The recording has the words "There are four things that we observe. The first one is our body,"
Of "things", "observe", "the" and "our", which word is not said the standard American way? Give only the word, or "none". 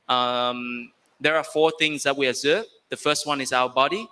none